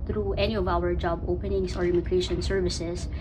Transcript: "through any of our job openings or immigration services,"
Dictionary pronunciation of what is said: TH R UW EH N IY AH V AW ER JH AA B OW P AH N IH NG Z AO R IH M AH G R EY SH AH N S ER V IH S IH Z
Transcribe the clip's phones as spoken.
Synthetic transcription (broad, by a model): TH R UW EH N IY AH V AW ER JH AA B OW P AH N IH NG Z AO R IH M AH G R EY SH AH N S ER V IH S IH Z